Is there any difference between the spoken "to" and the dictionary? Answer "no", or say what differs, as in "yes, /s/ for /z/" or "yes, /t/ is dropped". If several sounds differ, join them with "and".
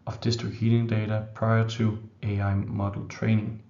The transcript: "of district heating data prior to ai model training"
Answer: yes, /s/ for /t/